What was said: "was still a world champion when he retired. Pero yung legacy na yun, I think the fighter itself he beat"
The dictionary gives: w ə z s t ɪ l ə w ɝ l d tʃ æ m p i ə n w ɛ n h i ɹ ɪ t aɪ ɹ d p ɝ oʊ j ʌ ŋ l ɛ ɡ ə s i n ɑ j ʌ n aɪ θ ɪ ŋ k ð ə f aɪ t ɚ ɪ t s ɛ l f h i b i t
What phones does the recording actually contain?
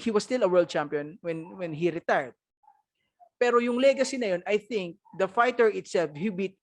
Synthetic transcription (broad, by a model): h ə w s t ɪ l ə w ɝ l d tʃ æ m p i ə n w ɛ n h i ɹ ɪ t aɪ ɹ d p ɝ oʊ j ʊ ŋ l ɛ ɡ ə s i n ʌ j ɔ n aɪ θ ɪ ŋ k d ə f aɪ t ɚ ɪ t s ɛ l f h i b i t